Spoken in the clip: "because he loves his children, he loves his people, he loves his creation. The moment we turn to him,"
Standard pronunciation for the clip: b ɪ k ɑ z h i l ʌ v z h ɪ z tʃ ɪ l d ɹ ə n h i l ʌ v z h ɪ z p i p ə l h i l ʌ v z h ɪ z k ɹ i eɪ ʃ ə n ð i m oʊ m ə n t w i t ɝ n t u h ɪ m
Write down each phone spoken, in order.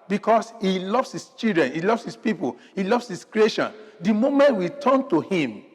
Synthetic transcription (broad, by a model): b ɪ k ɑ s h i l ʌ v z h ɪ s tʃ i l d ɹ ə n h i l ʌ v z h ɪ s p i p ə l h i l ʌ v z h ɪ s k ɹ i eɪ ʃ ə n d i m oʊ m ə n t w i t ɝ n t u h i m